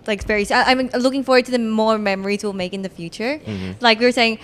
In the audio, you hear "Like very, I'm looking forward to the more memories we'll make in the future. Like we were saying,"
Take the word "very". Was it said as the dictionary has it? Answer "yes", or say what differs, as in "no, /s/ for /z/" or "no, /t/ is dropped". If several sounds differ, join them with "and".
no, /p/ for /v/